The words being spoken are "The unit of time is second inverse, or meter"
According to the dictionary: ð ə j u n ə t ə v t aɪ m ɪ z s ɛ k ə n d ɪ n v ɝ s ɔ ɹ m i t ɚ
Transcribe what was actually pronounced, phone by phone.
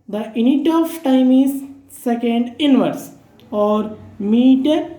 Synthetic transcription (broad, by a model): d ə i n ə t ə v t aɪ m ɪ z s ɛ k ə n d ɪ n v ɝ s ɔ ɹ m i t